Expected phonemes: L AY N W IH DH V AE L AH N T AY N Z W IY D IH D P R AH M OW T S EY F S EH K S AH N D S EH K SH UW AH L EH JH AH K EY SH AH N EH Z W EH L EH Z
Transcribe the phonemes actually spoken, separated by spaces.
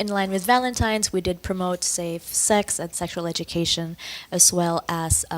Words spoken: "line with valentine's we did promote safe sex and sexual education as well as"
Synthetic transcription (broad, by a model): L AY N W IH DH V AE L AH N T AY N Z W IY D IH D P R AH M OW T S EY F S EH K S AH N S EH K SH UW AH L EH JH AH K EY SH AH N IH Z W EH L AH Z